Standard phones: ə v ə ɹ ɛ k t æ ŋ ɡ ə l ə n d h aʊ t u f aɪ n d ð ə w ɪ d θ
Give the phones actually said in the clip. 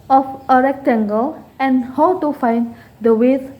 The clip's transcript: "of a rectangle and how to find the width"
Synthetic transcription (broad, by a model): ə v ə ɹ ɛ k t æ ŋ ɡ ə l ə n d h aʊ t u f aɪ n d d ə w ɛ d